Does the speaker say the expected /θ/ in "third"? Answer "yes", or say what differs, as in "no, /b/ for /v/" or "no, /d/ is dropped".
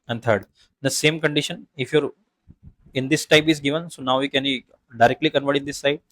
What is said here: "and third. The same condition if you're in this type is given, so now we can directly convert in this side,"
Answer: no, /t/ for /θ/